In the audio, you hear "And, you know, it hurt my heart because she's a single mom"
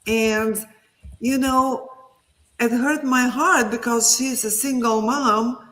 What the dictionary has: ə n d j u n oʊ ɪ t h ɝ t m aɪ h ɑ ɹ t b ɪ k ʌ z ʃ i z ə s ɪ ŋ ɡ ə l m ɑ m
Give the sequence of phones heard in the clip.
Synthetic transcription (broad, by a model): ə n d j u n oʊ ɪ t h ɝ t m aɪ h ɑ ɹ t b ɪ k ʌ z ʃ i z ə s ɪ ŋ ɡ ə l m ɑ m